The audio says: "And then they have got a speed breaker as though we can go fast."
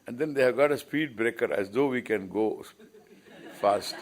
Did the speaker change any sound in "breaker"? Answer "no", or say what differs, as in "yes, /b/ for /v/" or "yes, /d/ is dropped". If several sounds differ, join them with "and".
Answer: no